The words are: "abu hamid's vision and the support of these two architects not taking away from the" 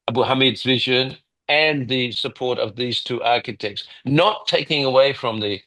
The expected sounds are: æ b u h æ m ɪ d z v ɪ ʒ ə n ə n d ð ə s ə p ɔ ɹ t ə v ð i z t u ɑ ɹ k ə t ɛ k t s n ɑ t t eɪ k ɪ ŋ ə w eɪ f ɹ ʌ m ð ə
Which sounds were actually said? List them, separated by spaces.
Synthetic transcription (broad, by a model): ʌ b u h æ m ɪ d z v ɪ ʒ ə n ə n ð ə s ə p ɔ ɹ t ə v ð i z t u ɑ ɹ k ə t ɛ k t s n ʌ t t eɪ k ɪ ŋ ə w eɪ f ɹ ʌ m ð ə